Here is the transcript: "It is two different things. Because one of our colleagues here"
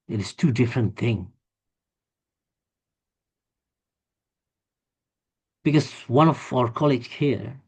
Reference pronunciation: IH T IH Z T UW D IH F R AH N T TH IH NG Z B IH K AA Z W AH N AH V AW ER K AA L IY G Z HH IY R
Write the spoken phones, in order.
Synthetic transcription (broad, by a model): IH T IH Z T UW D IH F R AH N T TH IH NG B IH K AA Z W AH N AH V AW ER K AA L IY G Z HH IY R